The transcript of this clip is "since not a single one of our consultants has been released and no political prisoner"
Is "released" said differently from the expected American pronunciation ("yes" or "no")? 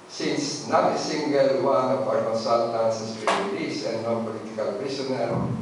yes